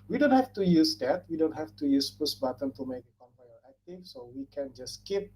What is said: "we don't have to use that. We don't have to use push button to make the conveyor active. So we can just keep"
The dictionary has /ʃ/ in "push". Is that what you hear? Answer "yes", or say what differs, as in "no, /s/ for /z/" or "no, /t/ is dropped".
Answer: no, /s/ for /ʃ/